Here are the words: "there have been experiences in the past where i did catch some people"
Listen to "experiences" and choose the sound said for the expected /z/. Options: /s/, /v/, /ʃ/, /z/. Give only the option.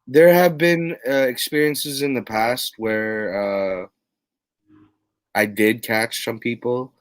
/z/